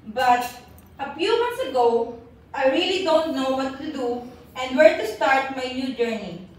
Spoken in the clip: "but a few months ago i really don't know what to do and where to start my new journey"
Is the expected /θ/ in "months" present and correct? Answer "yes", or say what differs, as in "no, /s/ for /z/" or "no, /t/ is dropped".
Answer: no, /t/ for /θ/